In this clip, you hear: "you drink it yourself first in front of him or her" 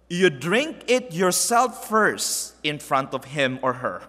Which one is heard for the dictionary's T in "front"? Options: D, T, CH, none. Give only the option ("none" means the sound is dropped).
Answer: T